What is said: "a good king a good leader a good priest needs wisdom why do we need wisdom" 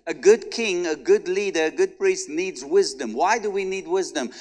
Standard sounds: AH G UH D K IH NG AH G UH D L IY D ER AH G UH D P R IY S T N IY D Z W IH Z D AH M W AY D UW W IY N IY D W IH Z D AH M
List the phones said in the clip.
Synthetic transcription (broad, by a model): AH G UH D K IH NG AH G UH D L IY D ER AH G UH D P R IY S T N IY D Z W IH Z D AH M W AY D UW W IY N IY D W IH Z D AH M